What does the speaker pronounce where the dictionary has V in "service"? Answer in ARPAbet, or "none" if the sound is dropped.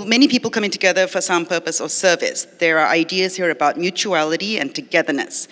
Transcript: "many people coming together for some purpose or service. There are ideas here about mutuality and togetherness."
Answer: V